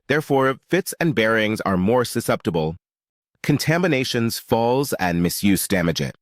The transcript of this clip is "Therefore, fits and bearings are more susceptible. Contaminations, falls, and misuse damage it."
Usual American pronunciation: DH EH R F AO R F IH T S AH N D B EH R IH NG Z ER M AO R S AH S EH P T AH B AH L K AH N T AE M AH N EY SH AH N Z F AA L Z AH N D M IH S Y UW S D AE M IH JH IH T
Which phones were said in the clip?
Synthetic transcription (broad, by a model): DH EH R F AO R F IH T S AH N B EH R IH NG Z ER M AO R S AH S EH P T AH B AH L K AH N T AE M AH N EY SH AH N Z F AA L Z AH N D M IH S Y UW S D AE M IH JH IH T